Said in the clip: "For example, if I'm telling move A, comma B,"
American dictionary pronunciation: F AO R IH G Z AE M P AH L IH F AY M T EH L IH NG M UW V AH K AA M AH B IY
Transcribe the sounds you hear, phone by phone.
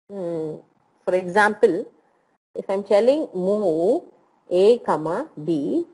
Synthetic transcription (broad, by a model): F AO R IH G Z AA M P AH L IH F AY M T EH L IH NG M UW AH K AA M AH B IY